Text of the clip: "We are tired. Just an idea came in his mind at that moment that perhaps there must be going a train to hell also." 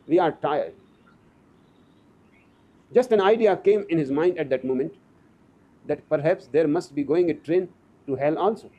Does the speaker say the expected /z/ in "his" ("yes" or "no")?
yes